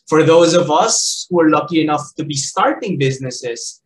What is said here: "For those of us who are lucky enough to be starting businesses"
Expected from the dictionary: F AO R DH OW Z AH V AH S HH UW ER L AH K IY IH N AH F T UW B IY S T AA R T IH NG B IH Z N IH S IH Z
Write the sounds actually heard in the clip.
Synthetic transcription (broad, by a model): F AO R DH OW Z AH V AH S HH UW ER L AH K IY IH N AH F T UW B IY S T AA R T IH NG B IH Z N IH S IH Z